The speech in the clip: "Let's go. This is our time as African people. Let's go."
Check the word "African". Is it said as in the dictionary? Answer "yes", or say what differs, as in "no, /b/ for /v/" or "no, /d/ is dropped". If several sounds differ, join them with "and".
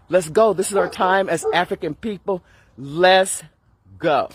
yes